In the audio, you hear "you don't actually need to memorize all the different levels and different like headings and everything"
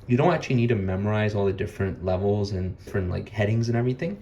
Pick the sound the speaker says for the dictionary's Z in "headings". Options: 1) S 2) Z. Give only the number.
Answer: 2